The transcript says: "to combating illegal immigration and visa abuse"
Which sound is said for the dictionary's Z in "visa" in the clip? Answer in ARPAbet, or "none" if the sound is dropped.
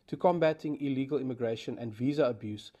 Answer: Z